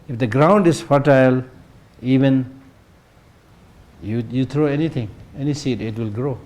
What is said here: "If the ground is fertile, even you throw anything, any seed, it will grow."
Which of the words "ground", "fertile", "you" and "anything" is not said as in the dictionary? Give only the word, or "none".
anything